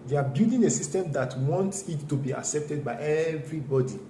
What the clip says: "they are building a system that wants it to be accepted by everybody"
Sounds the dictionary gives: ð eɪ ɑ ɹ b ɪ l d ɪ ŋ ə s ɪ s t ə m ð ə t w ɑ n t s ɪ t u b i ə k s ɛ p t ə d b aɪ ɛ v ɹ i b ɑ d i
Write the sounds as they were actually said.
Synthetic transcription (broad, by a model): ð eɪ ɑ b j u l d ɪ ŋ ə s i s t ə m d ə t w ɑ n t s ɪ t u b i ə k s ɛ p t ə d b aɪ ɛ v ɹ i b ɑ d i